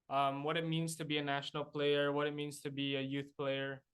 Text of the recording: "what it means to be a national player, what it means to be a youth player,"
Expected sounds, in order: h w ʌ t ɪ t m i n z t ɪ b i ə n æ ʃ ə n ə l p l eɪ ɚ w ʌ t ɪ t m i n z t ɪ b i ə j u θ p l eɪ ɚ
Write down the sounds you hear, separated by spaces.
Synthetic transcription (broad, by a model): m w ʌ t ɪ t m i n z t ɪ b i ə n æ ʃ ə n ə l p l eɪ ɚ w ʌ t ɪ t m i n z t ɪ b i ə j u θ p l eɪ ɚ